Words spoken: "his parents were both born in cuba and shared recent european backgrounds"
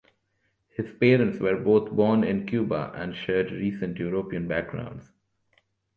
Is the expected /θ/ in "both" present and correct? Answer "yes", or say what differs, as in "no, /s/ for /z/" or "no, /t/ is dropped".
no, /t/ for /θ/